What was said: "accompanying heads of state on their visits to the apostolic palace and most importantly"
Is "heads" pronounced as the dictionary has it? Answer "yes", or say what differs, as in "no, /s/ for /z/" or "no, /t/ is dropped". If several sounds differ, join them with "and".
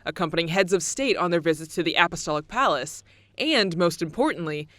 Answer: yes